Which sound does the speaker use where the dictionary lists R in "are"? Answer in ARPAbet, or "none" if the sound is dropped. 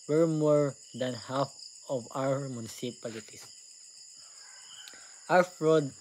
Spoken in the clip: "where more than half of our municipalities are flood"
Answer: W